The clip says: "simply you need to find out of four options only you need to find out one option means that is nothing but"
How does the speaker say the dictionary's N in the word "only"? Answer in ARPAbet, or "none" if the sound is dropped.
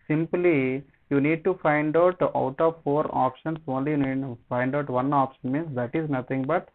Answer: N